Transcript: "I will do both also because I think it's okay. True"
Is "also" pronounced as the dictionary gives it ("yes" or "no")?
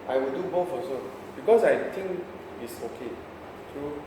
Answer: no